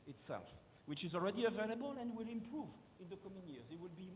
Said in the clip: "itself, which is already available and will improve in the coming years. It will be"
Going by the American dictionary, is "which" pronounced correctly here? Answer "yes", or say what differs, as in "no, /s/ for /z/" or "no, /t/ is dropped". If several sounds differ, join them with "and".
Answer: yes